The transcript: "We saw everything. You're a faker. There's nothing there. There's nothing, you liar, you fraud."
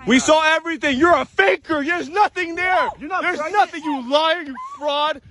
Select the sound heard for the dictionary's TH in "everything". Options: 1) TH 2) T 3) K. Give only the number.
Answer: 1